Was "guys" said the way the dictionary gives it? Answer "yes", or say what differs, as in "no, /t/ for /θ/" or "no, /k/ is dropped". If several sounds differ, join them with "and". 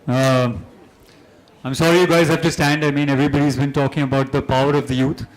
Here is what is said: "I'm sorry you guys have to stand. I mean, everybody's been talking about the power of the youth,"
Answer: yes